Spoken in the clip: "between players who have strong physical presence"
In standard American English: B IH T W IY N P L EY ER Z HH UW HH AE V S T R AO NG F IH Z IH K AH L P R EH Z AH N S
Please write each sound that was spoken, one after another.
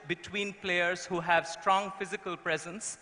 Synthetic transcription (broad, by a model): B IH T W IY N P L EY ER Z HH UW HH AE V S T R AO NG F IH Z IH K AH L P R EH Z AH N S